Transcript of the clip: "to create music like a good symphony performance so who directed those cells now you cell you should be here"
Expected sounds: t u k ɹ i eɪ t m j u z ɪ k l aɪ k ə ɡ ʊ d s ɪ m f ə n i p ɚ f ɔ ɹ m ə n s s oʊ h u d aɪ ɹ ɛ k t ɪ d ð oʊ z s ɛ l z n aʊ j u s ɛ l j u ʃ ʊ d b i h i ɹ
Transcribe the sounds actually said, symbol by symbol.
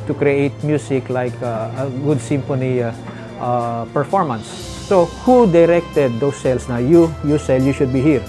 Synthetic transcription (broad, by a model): t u k ɹ i eɪ t m j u s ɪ k l aɪ k ə ɡ ʊ d s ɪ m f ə n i p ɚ f ɔ ɹ m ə n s s oʊ h u d aɪ ɹ ɛ k t ɪ d oʊ s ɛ l s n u j u s ɛ l j u ʃ ʊ d b i h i ɹ